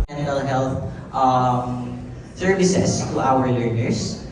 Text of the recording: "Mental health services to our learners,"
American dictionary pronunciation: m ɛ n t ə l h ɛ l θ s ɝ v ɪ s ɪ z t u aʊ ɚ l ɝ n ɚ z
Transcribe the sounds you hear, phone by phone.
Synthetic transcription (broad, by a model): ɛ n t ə l h ɛ l θ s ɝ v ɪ s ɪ s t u aʊ ɚ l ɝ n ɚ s